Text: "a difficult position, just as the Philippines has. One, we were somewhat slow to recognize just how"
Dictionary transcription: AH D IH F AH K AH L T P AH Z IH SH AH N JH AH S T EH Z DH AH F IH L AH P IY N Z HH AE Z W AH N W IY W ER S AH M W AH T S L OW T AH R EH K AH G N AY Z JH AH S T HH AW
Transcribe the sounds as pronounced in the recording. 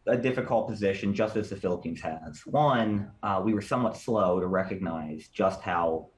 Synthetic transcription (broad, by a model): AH D IH F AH K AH L T P AH Z IH SH AH N JH AH S T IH Z DH AH F IH L AH P IY N Z HH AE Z W AH N W IY W ER S AH M W AH T S L OW T AH R EH K AH G N AY Z JH AH S T HH AW